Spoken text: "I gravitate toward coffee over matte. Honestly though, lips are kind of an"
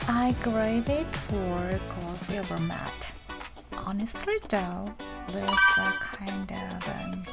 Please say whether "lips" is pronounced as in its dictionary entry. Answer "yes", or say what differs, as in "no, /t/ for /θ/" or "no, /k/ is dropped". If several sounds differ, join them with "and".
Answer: no, /p/ is dropped